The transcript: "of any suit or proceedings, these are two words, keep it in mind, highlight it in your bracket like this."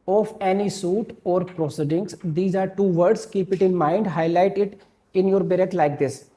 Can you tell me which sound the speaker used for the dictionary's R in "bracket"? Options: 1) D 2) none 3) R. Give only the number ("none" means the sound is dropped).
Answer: 2